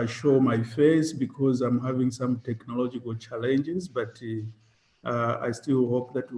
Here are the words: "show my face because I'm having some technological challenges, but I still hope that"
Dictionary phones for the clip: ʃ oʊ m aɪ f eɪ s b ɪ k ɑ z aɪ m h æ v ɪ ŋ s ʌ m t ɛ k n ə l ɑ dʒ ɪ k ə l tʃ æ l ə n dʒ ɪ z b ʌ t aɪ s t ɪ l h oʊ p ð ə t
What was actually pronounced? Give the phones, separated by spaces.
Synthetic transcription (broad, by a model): ʃ oʊ m aɪ f eɪ s b ɪ k ɑ z aɪ m h æ v ɪ ŋ s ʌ m t ɛ k n ə l ɑ dʒ ɪ k ə l tʃ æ l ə n dʒ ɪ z b ʌ t aɪ s t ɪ l h oʊ p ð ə t